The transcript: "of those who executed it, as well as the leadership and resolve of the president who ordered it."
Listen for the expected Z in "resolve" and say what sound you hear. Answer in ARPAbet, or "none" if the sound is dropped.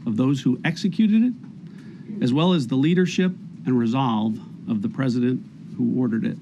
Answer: Z